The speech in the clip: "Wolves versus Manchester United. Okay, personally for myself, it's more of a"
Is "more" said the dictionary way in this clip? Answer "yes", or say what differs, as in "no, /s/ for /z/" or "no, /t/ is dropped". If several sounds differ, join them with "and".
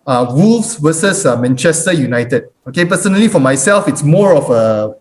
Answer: yes